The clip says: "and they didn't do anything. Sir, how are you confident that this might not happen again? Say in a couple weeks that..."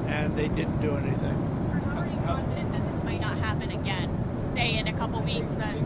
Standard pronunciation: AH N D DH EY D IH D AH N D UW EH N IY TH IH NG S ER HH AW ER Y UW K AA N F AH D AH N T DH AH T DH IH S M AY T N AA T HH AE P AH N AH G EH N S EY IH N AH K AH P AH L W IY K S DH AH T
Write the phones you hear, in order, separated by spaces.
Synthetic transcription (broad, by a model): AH N DH EY D IH D N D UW EH N IY TH IH NG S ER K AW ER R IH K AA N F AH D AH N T DH AH T DH IH S M AY T N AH T HH AE P AH N AH G EH N S EY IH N AH K AH P L W IY K S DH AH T